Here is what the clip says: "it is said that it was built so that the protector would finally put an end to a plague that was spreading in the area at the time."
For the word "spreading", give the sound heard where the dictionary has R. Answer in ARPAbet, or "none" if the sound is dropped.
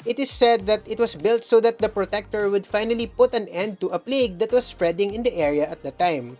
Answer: R